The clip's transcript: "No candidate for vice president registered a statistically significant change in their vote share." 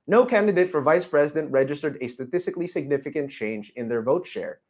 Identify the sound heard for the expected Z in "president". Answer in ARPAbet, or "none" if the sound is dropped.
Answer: Z